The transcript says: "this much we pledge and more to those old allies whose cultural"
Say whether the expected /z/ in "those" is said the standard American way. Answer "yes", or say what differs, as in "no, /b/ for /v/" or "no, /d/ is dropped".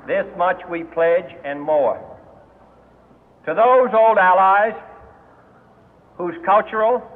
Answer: yes